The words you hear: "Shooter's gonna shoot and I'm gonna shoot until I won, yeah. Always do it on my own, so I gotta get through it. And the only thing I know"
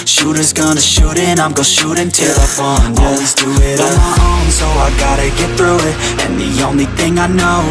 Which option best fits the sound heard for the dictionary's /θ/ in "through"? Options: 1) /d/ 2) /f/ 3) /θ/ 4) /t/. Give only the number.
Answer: 3